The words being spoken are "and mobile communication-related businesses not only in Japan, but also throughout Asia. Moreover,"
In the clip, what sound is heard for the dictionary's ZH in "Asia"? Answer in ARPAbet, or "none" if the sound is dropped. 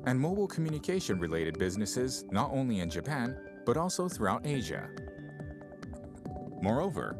ZH